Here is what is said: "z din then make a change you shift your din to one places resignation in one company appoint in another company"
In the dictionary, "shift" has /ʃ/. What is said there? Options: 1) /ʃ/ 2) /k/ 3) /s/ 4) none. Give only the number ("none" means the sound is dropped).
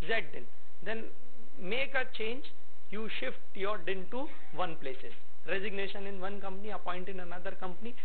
1